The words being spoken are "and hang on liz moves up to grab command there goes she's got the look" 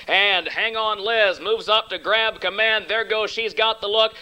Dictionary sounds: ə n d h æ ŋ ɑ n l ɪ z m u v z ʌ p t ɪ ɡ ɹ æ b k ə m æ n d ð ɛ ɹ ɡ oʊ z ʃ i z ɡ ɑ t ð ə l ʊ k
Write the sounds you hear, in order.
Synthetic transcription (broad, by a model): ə n h æ ŋ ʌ n l ɪ z m u v z ʌ p t ɪ ɡ ɹ æ b k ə m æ n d ð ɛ ɹ ɡ oʊ z ʃ i z ɡ ɑ t ð ə l ʊ k